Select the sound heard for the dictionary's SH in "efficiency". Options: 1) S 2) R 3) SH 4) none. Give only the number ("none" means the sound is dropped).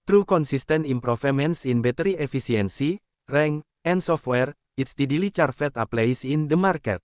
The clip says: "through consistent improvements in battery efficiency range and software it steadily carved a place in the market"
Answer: 1